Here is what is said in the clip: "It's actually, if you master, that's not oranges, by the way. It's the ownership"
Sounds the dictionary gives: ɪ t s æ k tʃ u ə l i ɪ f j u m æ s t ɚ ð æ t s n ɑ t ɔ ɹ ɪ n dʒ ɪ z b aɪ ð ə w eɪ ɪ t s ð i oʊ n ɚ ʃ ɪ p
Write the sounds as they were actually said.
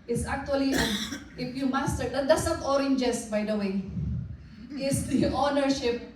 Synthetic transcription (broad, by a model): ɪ t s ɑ k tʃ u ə l i ɪ f j u m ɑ s t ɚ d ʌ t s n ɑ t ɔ ɹ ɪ n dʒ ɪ s b aɪ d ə w eɪ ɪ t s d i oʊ n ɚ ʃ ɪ p